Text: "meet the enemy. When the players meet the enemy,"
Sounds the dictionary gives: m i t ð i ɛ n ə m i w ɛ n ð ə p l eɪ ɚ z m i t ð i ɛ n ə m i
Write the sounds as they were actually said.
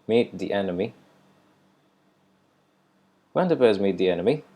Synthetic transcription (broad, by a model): m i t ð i ɛ n ə m i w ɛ n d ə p eɪ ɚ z m i t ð i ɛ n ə m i